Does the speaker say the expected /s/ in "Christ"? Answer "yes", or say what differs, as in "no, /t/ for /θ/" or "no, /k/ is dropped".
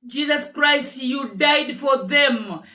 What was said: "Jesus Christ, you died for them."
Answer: yes